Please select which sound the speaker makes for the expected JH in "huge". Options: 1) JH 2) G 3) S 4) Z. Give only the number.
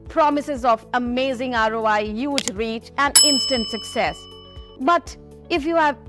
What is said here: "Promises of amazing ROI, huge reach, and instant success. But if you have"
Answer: 1